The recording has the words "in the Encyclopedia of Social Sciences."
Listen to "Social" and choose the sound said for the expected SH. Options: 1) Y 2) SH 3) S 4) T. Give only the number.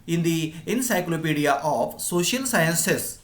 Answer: 2